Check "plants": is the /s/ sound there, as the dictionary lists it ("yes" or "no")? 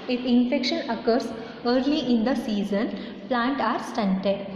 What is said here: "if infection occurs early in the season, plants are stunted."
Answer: no